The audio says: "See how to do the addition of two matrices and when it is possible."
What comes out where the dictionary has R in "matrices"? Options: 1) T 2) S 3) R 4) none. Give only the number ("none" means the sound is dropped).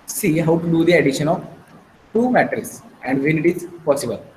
4